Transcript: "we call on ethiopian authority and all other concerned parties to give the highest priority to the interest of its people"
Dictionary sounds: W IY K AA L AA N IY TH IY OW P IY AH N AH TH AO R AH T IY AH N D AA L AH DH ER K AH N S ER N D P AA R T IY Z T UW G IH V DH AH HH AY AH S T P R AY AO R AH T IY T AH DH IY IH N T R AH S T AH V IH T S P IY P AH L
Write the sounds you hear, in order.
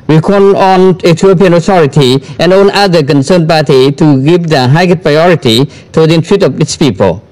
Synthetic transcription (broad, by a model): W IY K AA N AA N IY T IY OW P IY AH N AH T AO R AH T IY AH N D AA N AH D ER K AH N S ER N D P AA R T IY T UW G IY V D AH HH AY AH T P R AY AO R AH T IY T AH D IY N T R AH T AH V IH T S P IY P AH L